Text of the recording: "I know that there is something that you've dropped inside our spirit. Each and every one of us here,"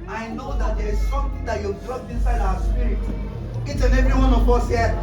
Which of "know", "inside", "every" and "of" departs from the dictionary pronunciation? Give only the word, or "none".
of